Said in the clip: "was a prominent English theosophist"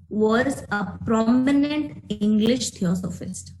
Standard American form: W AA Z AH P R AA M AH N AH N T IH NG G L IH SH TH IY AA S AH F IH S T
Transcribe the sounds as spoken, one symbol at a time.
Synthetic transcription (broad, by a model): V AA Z AH P R AA M AH N AH N T IH NG G L IH SH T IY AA S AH F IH S T